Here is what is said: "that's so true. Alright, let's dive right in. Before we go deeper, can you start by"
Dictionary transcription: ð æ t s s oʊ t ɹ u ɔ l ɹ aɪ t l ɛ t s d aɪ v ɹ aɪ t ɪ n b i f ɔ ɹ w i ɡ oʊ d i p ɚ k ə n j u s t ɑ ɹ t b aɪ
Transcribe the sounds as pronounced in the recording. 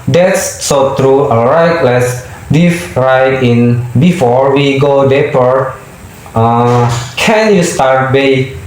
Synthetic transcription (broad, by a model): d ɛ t s s oʊ t ɹ u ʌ ɹ aɪ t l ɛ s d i f ɹ aɪ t ɪ n b i f ɔ ɹ w i ɡ oʊ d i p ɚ k ə n j u s t ɑ ɹ t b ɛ